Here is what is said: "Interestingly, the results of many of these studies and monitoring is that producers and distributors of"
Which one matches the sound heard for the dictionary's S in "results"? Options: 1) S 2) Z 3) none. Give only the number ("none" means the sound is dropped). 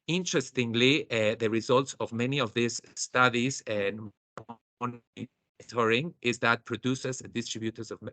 1